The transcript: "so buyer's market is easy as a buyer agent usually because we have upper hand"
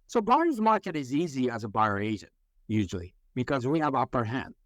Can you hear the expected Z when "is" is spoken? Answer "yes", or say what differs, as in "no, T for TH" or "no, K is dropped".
yes